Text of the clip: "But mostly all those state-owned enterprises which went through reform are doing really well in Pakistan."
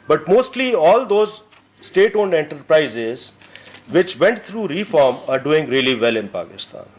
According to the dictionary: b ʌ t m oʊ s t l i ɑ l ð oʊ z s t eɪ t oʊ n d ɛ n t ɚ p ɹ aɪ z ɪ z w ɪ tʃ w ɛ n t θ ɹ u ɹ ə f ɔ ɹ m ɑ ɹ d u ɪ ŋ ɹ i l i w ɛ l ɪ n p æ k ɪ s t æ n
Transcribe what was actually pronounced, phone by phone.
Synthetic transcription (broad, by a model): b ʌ t m oʊ s t l i ɑ l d oʊ z s t eɪ t oʊ n d ɛ n t ɚ p ɹ aɪ z ɪ z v ɪ tʃ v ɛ n t t ɹ u ɹ ə f ɔ ɹ m ɑ ɹ d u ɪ ŋ ɹ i l i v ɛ l ɪ n p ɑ k ɪ s t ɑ n